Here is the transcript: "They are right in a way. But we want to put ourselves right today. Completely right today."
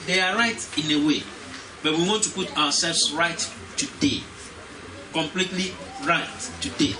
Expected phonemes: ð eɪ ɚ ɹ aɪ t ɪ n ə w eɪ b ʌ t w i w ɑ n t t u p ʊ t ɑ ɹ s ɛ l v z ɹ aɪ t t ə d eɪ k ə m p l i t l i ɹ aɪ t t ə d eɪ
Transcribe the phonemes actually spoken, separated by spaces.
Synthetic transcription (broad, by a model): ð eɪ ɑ ɹ aɪ t ɪ n ə w eɪ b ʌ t w i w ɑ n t t u p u t ɑ w s ɛ l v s ɹ aɪ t t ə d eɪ k ə m p l i t l i ɹ aɪ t t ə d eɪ